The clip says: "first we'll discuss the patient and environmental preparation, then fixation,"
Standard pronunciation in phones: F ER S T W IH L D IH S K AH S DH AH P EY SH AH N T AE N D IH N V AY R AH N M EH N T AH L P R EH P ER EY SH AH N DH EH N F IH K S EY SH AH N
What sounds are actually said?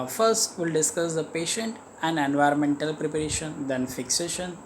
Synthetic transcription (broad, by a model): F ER S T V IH L D IH S K AH S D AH P EY SH AH N T AE N D IH N V AY R AH N M EH N T AH L P R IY P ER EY SH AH N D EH N F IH K S EY SH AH N